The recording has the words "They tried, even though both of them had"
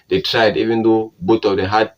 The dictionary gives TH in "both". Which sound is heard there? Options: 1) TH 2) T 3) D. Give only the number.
2